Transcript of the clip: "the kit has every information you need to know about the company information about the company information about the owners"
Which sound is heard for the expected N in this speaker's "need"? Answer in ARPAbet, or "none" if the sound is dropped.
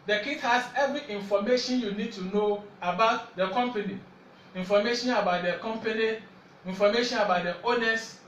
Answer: N